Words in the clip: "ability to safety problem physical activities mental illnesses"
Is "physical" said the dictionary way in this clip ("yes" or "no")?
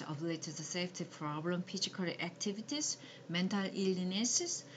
no